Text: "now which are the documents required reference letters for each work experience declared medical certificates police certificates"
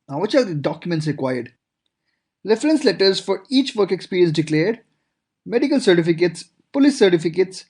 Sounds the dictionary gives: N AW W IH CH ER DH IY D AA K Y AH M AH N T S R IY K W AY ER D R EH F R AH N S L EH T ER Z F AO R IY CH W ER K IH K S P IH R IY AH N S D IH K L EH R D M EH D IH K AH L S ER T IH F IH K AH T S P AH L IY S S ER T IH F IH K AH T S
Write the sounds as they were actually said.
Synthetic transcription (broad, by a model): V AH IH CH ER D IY D AA K Y AH M AH N T S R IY K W AY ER D R EH F R AH N S L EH T ER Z F AO R IY CH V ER K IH K S P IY R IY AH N S D IH K L EH R D M EH D IH K AH L S ER T IH F IH K AH T S P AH L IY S S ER T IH F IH K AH T S